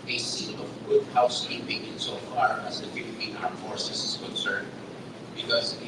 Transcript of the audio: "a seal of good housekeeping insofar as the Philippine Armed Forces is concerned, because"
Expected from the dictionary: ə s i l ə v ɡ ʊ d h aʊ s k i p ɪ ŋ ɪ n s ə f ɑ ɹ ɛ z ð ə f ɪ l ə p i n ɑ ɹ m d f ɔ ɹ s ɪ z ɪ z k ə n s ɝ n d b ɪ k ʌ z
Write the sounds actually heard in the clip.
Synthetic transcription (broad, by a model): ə s i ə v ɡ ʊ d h aʊ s i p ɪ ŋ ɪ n s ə f ɑ ɹ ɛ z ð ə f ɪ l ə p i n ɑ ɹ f ɔ ɹ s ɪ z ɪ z k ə n s ɝ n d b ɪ k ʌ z